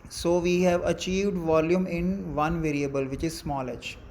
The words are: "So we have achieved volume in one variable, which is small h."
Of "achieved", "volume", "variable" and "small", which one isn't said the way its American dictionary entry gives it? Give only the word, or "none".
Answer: none